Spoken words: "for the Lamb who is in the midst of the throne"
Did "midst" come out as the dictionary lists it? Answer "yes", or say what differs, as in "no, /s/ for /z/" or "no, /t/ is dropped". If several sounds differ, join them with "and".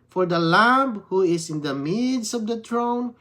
no, /t/ is dropped